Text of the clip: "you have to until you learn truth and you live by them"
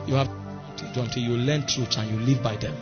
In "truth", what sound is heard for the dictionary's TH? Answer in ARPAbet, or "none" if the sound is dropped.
S